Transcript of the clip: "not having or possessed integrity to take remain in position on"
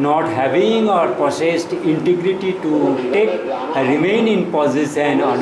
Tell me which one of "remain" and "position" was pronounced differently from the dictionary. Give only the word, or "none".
position